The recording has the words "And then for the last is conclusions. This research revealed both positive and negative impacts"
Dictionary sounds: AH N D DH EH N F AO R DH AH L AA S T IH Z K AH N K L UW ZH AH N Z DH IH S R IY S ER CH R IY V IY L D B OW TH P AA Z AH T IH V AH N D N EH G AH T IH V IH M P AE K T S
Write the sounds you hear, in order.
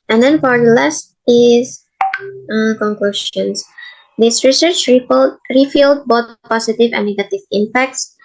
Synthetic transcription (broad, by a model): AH N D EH N F AO R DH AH L AA S T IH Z K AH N K L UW SH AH N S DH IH S R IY S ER CH R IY F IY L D B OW T P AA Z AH T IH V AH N N EH G AH T IH V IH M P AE K T S